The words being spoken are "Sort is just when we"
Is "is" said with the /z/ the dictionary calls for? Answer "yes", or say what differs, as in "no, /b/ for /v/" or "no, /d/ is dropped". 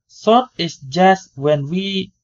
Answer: no, /s/ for /z/